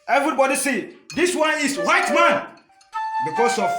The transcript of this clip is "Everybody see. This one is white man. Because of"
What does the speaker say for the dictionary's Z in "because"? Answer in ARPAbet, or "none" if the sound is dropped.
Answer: S